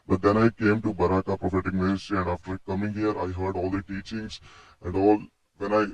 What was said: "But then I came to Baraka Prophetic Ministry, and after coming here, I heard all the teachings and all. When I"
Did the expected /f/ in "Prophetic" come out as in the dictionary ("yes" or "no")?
yes